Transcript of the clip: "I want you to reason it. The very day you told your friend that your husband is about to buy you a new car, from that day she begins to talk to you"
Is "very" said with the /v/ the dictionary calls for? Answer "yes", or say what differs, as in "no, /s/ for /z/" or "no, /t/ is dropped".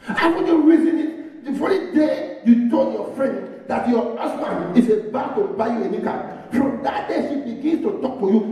no, /f/ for /v/